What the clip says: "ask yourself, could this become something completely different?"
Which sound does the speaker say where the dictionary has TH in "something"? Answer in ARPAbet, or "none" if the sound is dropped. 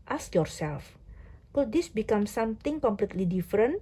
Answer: T